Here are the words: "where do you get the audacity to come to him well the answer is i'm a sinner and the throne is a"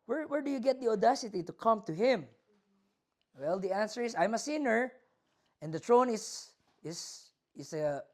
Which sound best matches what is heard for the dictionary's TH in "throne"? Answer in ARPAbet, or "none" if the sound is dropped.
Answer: T